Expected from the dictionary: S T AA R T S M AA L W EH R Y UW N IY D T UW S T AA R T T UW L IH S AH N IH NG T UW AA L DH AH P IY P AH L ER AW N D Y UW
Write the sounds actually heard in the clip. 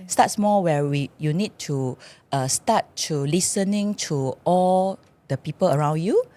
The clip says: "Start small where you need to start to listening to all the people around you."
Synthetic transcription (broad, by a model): S T AA T S M AA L W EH W Y UW N IY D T UW S T AA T T UW L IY S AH N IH NG T UW AA L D AH P IY P AH L ER AW N D Y UW